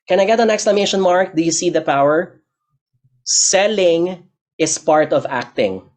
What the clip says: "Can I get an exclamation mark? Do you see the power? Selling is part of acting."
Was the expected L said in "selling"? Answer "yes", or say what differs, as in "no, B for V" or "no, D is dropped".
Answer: yes